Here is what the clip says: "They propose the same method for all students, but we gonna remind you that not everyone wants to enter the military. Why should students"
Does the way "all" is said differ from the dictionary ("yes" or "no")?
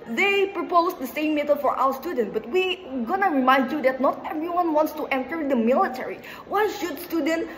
yes